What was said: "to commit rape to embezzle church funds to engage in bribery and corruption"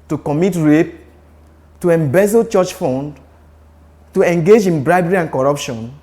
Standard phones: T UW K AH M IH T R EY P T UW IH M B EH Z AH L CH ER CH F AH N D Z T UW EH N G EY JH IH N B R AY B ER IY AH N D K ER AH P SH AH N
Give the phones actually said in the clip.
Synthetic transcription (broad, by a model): T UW K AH M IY T R EY P T UW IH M B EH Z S CH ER CH F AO N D T UW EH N G EY JH IH N B R AY B ER IY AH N K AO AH P SH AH N